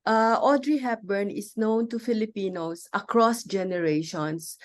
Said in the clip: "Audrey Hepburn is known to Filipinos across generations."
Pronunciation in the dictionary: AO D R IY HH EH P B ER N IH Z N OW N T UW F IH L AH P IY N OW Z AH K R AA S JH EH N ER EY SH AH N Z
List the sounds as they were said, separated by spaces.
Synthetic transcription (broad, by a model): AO D R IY HH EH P B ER N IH S N OW N T UW F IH L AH P IY N OW S AH K R AA S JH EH N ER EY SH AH N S